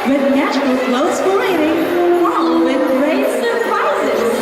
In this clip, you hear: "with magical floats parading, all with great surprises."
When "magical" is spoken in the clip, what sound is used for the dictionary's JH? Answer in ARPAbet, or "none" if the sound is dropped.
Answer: CH